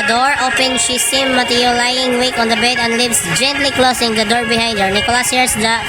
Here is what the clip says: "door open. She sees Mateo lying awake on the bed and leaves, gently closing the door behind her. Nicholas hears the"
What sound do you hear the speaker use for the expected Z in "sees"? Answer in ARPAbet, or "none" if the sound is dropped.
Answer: none